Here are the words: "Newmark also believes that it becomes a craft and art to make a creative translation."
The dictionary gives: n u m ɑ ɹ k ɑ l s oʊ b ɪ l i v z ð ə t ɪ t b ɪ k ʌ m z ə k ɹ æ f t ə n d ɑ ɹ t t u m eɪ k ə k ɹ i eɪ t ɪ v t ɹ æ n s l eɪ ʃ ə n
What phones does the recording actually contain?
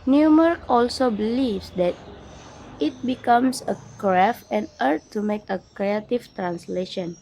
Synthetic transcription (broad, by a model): n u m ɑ ɹ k ɑ l s oʊ b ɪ l i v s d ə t ɪ t b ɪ k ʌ m s ə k ɹ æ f ə n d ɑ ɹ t t u m eɪ k ə k ɹ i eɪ t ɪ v t ɹ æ n s l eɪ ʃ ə n